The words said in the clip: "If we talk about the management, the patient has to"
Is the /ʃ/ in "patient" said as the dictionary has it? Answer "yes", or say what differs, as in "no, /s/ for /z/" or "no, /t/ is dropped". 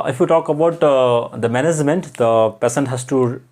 no, /s/ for /ʃ/